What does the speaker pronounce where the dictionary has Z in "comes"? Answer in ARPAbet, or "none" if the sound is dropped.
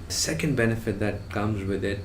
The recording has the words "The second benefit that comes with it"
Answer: Z